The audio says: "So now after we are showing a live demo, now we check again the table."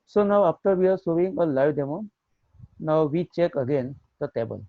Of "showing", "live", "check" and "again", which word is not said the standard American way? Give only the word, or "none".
showing